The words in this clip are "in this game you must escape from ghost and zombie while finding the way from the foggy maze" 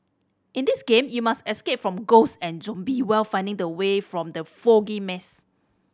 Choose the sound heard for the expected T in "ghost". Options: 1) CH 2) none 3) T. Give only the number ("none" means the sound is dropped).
2